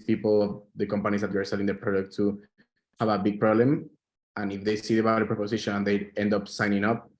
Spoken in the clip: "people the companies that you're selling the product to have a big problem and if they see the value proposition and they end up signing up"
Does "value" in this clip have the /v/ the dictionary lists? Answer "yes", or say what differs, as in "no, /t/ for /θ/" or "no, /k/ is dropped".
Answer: no, /b/ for /v/